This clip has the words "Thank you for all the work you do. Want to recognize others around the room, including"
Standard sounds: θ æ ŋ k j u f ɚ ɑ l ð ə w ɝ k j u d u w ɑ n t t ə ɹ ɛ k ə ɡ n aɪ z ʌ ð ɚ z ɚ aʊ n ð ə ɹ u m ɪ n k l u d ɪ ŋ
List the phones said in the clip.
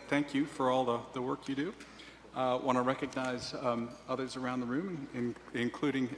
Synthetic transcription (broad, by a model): θ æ ŋ k j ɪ f ɚ ɑ l ð ə w ɝ k j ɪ d u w ɑ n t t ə ɹ ɛ k ə ɡ n aɪ z ʌ ð ɚ z ɚ aʊ n ð ə ɹ u m ɪ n k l u d ɪ ŋ